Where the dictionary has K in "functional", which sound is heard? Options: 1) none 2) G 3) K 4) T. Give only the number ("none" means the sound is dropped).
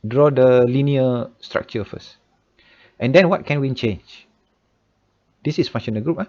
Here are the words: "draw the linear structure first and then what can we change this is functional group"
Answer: 1